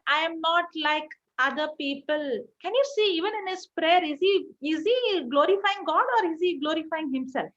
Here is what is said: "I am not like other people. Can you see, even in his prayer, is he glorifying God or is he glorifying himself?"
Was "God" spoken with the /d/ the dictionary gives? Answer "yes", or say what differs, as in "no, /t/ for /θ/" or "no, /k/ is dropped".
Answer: yes